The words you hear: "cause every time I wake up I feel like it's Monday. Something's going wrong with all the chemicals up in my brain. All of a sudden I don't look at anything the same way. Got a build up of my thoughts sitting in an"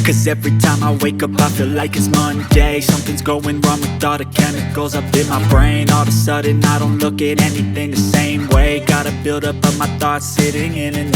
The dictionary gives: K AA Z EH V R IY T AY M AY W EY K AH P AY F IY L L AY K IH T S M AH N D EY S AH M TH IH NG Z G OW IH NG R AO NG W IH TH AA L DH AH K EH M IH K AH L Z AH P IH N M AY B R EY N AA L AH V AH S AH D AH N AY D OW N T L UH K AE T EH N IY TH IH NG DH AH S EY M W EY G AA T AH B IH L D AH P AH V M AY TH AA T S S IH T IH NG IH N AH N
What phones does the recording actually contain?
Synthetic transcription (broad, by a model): K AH Z EH V R IY T AY M AY W EY K AH P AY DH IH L L AY K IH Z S M AH N D EY S AH M TH IH NG Z G OW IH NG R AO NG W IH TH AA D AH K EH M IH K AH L Z AH P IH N M AY B R EY N AA L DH AH S AH D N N AY D OW N T L UH K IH T EH N IY TH IH NG DH AH S EY M W EY G AA T AH B IH L D AH P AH M AY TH AA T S S IH T IH NG IH N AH N